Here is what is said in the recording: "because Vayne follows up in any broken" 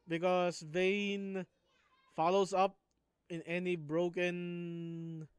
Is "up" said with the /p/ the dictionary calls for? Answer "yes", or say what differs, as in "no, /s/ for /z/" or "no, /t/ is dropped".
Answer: yes